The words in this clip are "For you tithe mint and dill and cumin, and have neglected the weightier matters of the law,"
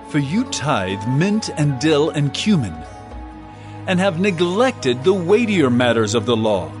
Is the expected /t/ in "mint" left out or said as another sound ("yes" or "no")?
no